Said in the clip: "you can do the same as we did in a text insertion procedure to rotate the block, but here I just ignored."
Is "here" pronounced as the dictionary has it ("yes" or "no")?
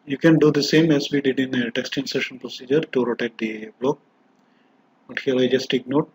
no